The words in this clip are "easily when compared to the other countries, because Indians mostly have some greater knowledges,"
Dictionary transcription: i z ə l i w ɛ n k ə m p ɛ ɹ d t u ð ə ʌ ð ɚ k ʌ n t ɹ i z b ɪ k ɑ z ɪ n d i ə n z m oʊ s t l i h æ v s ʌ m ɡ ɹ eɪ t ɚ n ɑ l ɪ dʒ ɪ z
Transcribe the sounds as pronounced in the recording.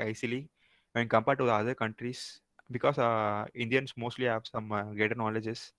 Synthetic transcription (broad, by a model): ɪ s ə l i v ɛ n k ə m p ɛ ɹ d t u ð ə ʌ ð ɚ k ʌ n t ɹ i s b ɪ k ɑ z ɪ n d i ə n s m oʊ s t l i h æ v s ʌ m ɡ eɪ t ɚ n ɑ l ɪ dʒ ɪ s